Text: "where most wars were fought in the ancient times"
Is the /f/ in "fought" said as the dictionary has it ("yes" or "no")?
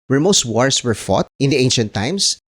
yes